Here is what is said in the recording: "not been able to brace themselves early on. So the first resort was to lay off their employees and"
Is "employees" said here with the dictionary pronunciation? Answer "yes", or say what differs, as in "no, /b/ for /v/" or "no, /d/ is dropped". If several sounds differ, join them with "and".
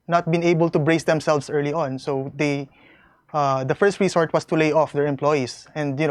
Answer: no, /s/ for /z/